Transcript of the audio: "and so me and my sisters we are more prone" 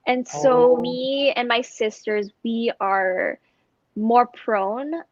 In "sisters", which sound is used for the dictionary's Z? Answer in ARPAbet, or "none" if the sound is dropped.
Z